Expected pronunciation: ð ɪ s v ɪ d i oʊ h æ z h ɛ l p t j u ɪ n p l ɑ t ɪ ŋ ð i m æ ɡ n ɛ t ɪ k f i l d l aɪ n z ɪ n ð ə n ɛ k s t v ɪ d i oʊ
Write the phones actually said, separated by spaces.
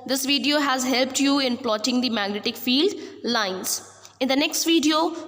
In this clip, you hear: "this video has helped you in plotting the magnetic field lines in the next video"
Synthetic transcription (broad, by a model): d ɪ s v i d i oʊ h æ z h ɛ l p t j u ɪ n p l ɑ t ɪ ŋ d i m æ ɡ n ɛ t ɪ k f i l d l aɪ n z ɪ n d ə n ɛ k s t v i d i oʊ